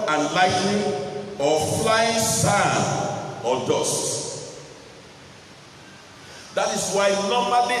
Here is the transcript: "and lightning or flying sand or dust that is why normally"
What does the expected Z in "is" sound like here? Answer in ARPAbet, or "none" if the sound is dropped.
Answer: S